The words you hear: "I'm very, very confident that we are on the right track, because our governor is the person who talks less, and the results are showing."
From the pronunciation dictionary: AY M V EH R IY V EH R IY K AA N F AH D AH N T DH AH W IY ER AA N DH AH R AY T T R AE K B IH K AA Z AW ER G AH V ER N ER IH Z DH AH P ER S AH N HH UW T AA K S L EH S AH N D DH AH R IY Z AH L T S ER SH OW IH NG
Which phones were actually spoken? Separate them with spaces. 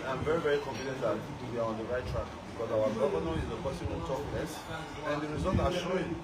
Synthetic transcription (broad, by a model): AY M V EH R IY V EH R IY K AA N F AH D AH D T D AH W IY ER AA N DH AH R AY T T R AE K B IH K AA Z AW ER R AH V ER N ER IH Z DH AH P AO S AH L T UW T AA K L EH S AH N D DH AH R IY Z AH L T AA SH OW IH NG